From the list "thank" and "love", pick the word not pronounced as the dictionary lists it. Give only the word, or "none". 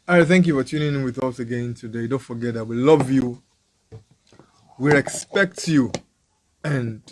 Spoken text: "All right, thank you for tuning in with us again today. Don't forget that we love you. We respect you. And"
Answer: none